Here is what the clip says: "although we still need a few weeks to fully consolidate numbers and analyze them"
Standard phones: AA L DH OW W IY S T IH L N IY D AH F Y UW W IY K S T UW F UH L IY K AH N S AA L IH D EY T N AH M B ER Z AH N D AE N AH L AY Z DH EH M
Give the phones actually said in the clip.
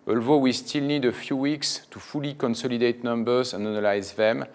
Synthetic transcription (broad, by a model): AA L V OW W IY S T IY L N IY D AH F Y UW W IY K S T UW F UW L IY K AH N S AA L IH D EY T N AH M B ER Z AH N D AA N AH L AY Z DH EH M